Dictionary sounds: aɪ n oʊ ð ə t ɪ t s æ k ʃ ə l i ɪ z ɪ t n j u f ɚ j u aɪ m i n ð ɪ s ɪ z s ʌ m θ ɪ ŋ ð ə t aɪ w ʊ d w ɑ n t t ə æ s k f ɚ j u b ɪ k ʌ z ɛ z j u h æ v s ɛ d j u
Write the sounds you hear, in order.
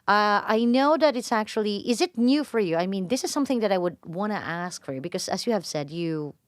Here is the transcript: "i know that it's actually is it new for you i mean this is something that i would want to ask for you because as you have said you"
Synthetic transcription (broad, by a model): aɪ n oʊ ð ə t ɪ t s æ k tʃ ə l i ɪ z ɪ t n j u f ɚ j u aɪ m i n ð ɪ s ɪ z s ʌ m θ ɪ ŋ ð ə t aɪ w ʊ d w ɑ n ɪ t æ s k f ɚ j u b ɪ k ʌ z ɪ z j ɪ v s ɛ d j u